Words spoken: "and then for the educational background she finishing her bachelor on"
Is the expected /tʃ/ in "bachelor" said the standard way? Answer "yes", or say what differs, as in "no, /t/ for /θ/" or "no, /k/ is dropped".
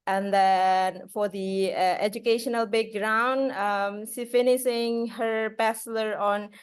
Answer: no, /s/ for /tʃ/